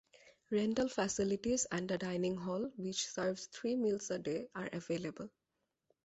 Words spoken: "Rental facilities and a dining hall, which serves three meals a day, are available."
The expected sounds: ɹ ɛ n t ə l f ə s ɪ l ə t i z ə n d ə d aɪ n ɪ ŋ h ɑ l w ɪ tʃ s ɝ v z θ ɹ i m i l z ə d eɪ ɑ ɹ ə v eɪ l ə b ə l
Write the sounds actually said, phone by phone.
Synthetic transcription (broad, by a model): ɹ ɛ n t ə l f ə s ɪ l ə t i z ə n d ə d aɪ n ɪ ŋ h ɑ l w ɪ tʃ s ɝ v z t ɹ i m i l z ə d eɪ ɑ ɹ ə v eɪ l ə b ə l